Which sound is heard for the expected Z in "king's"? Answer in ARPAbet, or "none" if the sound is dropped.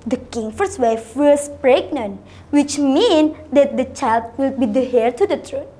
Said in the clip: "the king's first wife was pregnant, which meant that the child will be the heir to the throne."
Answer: none